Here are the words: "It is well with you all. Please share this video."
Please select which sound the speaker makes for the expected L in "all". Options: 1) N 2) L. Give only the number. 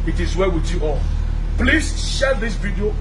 1